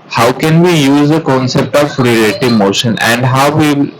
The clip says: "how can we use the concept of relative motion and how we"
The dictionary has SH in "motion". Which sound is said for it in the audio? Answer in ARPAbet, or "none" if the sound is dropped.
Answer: SH